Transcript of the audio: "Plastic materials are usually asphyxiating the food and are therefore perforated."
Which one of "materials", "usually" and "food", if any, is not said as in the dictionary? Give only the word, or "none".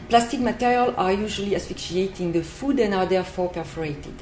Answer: materials